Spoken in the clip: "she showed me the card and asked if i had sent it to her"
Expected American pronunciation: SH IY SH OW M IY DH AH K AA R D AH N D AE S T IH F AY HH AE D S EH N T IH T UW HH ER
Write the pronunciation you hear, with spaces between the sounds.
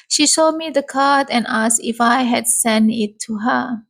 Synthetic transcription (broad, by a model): SH IY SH OW M IY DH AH K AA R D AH N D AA S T IH F AY HH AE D S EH N IH T UW HH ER